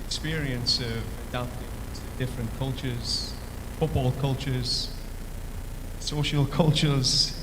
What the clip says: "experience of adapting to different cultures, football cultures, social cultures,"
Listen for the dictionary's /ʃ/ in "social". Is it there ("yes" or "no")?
yes